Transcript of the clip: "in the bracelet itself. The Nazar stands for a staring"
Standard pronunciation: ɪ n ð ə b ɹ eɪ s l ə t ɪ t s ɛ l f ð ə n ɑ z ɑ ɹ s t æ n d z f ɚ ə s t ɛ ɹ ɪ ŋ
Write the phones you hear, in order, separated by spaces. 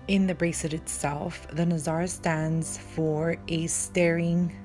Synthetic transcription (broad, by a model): ɪ n ð ə b ɹ eɪ s ə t ɪ t s ɛ l f ð ə n ɑ z ɑ ɹ s t æ n d z f ɚ ə s t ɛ ɹ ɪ ŋ